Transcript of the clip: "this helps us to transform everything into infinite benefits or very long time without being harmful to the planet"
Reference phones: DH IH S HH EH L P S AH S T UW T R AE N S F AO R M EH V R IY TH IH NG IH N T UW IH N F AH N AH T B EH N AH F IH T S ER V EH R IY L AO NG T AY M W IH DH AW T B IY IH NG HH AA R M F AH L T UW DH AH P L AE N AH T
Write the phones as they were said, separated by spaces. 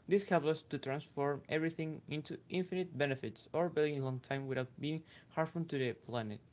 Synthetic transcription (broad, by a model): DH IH S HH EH L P AH S T UW T R AE N S F AO R M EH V R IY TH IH NG IH N T UW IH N F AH N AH T B EH N AH F IH T S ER B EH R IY L AO NG T AY M W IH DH AW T B IY IH NG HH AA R F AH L T UW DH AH P L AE N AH T